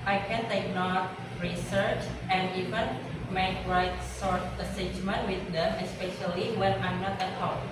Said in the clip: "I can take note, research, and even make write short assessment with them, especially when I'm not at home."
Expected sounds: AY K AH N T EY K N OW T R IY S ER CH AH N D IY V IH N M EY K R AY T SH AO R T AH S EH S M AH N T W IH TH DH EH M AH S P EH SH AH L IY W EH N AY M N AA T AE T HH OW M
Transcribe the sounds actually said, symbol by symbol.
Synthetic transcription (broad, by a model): AY K AH N T EY K N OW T R IY S ER CH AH N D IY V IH N M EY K R AY T S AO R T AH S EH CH M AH N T W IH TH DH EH M AH S P EH SH AH L IY W EH N AY M N AA T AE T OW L